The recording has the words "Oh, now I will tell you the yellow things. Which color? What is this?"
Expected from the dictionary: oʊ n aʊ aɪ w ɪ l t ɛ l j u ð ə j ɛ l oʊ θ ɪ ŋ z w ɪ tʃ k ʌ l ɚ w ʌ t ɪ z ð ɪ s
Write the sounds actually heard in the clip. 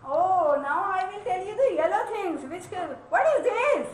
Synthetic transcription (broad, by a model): oʊ n aʊ aɪ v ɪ l t ɛ l j u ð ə j ɛ l oʊ t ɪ ŋ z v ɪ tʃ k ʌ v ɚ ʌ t ɪ z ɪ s